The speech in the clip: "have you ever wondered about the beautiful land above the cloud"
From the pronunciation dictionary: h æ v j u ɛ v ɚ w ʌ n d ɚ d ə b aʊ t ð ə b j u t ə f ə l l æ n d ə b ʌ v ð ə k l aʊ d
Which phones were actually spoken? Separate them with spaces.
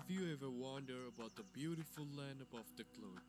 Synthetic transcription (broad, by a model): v j u ɛ v ɚ w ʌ n d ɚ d ə b aʊ t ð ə b j u t ə f ə l l æ n d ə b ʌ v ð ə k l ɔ